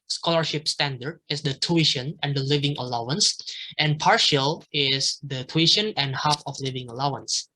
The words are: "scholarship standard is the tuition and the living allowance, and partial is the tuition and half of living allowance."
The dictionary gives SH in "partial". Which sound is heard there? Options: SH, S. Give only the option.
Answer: SH